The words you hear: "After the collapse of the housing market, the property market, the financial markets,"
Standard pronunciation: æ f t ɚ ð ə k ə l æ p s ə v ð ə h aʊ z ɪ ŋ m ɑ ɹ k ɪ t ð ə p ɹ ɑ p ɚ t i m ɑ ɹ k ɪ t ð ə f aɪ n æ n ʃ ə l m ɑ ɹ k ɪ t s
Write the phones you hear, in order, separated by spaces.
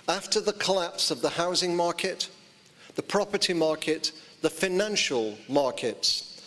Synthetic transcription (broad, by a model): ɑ f t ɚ ð ə k ə l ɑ p s ə v ð ə h aʊ z ɪ ŋ m ɑ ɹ k ɪ t ð ə p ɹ ɑ p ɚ t i m ɑ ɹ k ɪ t ð ə f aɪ n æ n ʃ ə l m ɑ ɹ k ɪ t s